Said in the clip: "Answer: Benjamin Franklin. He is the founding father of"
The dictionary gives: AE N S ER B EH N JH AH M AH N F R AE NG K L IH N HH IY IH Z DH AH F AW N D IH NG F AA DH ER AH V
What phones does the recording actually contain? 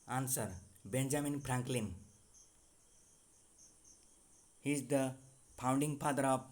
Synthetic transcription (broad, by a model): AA N S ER B EH N JH AH M AH N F R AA NG K L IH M HH IY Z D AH P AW N D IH NG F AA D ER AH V